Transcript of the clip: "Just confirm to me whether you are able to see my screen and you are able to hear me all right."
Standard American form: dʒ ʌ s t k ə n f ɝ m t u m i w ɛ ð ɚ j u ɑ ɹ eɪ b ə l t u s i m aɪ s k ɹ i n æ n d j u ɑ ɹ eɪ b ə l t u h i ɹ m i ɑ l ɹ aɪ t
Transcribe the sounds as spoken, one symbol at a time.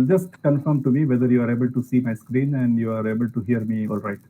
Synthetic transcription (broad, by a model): dʒ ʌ s t k ə n f ɝ m t u m i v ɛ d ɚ j u ɑ ɹ eɪ b ə l t u s i m aɪ s k ɹ i n æ n d j u ɑ ɹ eɪ b ə l t u h i ɹ m i ɑ l ɹ aɪ t